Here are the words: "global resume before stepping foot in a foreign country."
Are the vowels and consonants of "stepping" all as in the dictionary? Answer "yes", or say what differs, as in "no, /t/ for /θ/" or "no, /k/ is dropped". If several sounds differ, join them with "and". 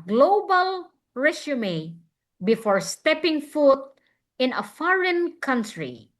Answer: yes